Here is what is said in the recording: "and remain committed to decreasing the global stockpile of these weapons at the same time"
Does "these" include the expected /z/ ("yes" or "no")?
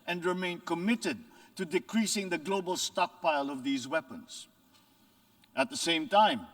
yes